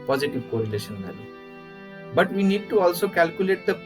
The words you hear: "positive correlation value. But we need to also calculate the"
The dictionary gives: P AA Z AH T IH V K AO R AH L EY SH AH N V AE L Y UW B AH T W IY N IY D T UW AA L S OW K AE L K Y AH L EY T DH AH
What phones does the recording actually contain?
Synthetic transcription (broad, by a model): P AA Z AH T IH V K AO R AH L EY SH AH N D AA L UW B AH T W IY N IY D T UW AA L S OW K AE L K Y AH L EY T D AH